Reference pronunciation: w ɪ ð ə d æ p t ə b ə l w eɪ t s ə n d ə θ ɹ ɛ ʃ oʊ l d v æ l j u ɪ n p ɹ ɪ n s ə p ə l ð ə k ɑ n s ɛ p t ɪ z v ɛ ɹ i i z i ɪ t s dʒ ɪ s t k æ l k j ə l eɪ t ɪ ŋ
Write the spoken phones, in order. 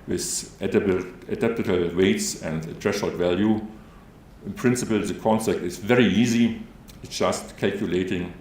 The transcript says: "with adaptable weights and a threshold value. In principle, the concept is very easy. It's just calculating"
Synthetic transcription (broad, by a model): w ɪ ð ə d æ p t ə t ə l w eɪ t s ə n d ə t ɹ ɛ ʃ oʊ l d v æ l j u ɪ n p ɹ ɪ n s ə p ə l ð ə k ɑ n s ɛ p t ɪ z v ɛ ɹ i i z i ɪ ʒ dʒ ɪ s t k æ l k j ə l eɪ t ɪ ŋ